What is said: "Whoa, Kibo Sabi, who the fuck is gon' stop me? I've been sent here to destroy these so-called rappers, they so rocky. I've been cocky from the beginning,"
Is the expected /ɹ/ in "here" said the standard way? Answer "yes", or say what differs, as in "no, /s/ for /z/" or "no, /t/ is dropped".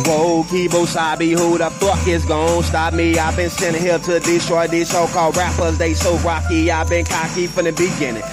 no, /l/ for /ɹ/